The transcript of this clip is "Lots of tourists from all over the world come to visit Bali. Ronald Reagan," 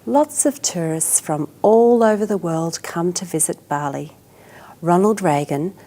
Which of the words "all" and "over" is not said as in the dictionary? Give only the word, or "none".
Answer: none